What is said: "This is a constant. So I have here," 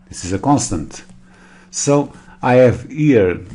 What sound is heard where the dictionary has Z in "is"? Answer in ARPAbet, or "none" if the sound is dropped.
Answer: Z